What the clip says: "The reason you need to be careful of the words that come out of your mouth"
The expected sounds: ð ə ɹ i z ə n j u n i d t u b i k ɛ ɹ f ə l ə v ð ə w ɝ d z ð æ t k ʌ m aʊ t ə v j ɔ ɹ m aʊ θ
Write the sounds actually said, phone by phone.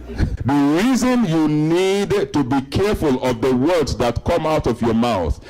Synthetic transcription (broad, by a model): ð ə ɹ i z ə n j u n i d t u b i k ɛ ɹ f ə l ə v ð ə w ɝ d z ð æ t k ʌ m aʊ t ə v j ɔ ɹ m aʊ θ